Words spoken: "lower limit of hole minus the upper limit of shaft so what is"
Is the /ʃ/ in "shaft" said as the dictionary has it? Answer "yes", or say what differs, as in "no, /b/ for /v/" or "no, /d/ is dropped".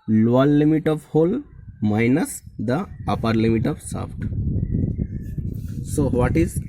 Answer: no, /s/ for /ʃ/